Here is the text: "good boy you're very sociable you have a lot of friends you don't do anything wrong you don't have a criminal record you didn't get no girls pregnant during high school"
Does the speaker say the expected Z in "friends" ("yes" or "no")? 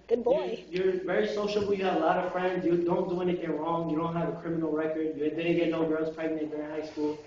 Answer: yes